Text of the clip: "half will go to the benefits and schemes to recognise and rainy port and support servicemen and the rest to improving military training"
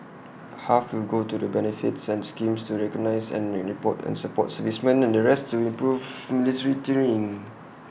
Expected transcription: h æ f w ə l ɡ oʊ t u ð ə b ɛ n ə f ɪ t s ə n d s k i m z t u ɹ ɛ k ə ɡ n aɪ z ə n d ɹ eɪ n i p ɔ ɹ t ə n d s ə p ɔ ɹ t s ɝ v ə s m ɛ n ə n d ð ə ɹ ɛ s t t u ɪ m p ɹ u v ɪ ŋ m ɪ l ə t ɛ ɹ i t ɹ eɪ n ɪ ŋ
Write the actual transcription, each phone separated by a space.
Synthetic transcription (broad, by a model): h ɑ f w ə l ɡ oʊ t u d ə b ɛ n ə f ɪ t s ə n s k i m s t u ɹ ɛ k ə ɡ n aɪ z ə n ɹ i p ɔ t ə n s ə p ɔ t s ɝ v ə s m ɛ n ə n d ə ɹ ɛ s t t u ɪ m p ɹ u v m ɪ l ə t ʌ ɹ i t i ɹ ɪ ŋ